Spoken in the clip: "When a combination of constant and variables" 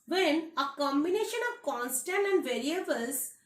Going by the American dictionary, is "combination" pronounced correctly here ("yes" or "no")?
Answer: yes